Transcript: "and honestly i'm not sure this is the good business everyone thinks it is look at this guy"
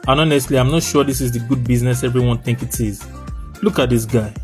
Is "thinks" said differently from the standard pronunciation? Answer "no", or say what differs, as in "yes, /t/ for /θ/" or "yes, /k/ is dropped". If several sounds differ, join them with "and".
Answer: yes, /s/ is dropped